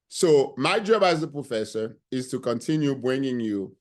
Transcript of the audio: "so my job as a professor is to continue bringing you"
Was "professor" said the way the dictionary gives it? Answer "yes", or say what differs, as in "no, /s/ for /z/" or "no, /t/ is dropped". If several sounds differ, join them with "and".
yes